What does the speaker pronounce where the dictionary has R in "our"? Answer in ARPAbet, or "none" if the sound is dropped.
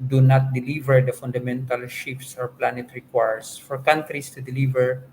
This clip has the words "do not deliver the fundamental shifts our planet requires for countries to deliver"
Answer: R